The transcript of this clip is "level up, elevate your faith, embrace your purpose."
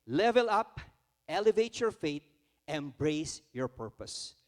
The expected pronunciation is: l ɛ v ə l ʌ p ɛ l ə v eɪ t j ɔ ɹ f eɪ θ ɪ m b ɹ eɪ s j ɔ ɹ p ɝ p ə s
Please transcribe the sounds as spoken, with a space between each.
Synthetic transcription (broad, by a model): l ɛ v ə l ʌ p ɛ l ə v eɪ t j ɔ ɹ f eɪ t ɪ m b ɹ eɪ s j ɔ ɹ p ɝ p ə s